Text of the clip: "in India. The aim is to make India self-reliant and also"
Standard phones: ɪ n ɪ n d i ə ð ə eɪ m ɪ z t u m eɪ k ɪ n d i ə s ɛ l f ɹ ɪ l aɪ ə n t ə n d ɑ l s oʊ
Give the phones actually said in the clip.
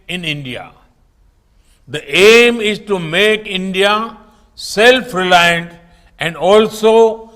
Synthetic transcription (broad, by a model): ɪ n ɪ n d i ə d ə eɪ m ɪ z t u m eɪ k ɪ n d i ə s ɛ l f ɹ ɪ l aɪ ə n t ə n d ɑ l s oʊ